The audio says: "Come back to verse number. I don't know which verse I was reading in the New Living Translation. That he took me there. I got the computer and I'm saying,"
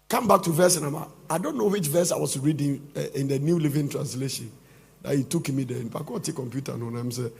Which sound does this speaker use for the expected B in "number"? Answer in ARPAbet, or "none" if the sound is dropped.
none